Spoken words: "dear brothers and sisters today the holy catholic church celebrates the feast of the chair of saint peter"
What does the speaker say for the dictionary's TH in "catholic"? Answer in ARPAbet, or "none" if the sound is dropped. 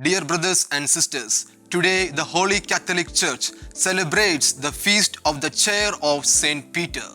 T